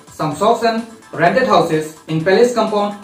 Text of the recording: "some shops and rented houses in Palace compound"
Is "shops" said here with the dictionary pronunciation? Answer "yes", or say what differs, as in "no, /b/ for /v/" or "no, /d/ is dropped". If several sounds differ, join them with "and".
no, /s/ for /ʃ/